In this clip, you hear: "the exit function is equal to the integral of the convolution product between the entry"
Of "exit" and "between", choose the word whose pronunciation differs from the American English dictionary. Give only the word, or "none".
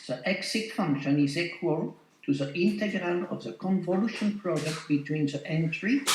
none